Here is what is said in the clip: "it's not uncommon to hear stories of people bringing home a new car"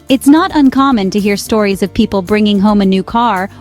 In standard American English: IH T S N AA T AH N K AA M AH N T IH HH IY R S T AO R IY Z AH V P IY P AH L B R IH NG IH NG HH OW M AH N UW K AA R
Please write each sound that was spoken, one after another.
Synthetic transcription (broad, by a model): IH T S N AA T AH N K AA M AH N T IH HH IY R S T AO R IY Z AH V P IY P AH L B R IH NG IH NG HH OW M AH N UW K AA R